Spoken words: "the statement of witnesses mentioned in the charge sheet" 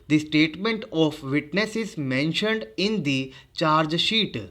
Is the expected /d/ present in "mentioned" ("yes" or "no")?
yes